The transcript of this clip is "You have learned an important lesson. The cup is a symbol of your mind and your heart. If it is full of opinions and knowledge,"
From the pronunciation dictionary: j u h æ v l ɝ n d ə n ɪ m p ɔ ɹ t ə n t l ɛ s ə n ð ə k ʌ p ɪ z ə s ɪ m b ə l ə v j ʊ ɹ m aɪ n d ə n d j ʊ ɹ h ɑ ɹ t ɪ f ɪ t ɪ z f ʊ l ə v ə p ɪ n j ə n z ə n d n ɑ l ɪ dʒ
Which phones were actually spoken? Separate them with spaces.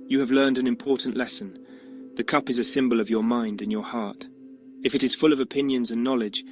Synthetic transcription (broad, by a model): j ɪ v l ɝ n d ə n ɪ m p ɔ ɹ t n t l ɛ s ə n ð ə k ʌ p ɪ z ə s ɪ m b ə l ə v j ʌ ɹ m aɪ n d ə n j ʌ ɹ h ɑ ɹ t ɪ f ɪ t ɪ z f ʊ l ə v ə p ɪ n j ə n z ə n n ɑ l ɪ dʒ